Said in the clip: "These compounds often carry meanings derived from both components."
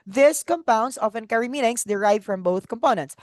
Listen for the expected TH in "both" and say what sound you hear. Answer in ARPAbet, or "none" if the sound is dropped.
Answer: TH